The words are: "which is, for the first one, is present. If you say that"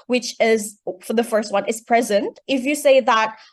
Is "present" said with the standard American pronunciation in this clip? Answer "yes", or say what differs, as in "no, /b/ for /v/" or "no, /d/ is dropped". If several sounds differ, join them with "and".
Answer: yes